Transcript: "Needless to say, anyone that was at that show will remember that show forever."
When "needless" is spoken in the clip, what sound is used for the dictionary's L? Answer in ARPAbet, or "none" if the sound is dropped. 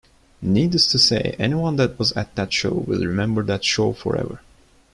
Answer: none